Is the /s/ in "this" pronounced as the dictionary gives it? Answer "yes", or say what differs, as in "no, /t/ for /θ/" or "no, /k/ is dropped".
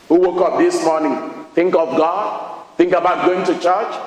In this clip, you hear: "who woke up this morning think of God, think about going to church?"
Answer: yes